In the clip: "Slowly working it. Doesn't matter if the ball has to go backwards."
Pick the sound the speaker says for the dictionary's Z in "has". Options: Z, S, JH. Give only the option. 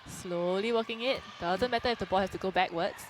S